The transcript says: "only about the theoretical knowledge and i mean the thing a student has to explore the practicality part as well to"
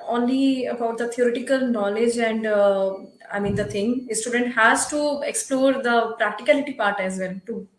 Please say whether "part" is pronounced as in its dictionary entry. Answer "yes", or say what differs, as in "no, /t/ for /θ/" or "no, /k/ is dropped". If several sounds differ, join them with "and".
yes